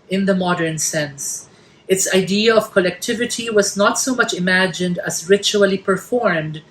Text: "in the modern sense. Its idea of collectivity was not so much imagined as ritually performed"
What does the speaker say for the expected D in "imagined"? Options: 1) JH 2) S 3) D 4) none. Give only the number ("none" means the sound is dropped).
3